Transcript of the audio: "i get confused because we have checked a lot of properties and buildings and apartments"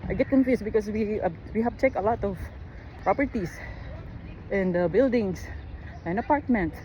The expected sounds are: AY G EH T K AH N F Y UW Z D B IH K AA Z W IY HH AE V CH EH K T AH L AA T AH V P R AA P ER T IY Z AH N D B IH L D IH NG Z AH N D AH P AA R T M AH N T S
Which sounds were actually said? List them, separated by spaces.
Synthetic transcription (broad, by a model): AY G EH T K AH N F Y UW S B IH K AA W W IY HH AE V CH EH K AH L AA T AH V P R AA P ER T IY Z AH N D B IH L D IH NG S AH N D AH P AA R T M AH N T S